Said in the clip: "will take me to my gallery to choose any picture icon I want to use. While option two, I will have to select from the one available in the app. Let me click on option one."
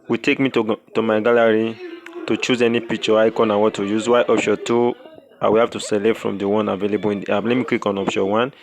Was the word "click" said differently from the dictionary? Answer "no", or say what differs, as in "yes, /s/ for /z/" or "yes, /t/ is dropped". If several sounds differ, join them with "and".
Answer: yes, /w/ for /l/